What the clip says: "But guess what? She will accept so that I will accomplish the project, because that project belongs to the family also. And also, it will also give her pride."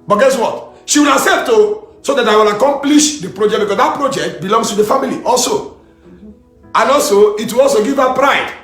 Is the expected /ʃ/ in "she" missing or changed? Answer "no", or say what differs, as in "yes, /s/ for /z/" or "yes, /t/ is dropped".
no